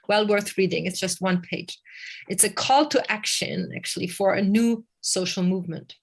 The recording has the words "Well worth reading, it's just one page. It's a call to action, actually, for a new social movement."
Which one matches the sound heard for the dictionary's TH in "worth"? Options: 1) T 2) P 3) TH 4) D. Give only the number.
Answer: 3